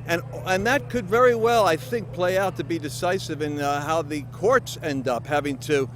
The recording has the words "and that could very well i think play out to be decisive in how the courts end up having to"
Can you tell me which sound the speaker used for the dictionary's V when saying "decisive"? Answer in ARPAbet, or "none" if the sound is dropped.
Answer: V